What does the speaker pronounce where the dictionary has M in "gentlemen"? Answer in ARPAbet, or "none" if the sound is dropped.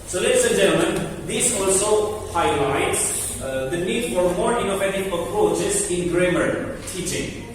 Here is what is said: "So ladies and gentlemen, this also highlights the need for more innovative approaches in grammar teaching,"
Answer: M